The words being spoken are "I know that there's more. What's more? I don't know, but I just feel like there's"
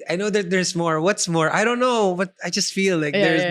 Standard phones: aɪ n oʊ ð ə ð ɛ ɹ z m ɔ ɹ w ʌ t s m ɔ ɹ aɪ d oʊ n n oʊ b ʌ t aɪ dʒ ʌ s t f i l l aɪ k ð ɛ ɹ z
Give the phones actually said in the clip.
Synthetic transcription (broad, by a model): aɪ n oʊ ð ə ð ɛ ɹ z m ɔ ɹ w ʌ t s m ɔ ɹ aɪ d oʊ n n oʊ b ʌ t aɪ dʒ ʌ s t f i l l aɪ k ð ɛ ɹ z